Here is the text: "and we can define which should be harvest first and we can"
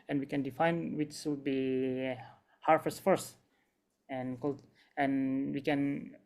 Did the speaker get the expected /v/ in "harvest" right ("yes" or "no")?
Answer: no